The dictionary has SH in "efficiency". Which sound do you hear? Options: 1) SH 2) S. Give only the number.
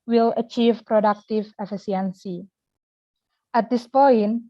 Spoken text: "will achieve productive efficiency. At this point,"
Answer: 2